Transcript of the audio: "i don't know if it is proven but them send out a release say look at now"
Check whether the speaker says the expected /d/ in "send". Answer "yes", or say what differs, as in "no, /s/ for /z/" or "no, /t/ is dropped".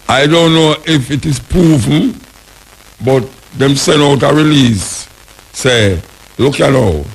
no, /d/ is dropped